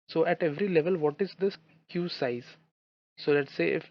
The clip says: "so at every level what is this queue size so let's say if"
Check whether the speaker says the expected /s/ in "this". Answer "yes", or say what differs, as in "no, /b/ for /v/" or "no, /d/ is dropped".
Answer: no, /s/ is dropped